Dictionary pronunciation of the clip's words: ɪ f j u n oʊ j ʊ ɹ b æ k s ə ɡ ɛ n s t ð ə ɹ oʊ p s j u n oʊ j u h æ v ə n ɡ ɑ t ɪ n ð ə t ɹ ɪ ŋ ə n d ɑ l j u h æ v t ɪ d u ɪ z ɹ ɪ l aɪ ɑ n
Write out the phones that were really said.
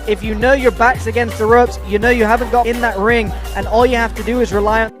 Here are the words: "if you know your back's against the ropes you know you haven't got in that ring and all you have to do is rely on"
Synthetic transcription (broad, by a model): ɪ f j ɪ n oʊ j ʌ ɹ b æ k s ə ɡ ɛ n s t ð ə ɹ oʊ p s j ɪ n oʊ j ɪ h æ v ə n ɡ ɑ t ɪ n ð ə t ɹ ɪ ŋ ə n ɑ l j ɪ h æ f t ɪ d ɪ ɪ z ɹ ɪ l aɪ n